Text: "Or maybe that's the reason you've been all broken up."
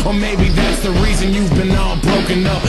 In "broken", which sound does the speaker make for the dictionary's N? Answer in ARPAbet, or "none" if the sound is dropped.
N